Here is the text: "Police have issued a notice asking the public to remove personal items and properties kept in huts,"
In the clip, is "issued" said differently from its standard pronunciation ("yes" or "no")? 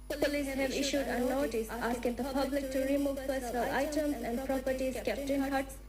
no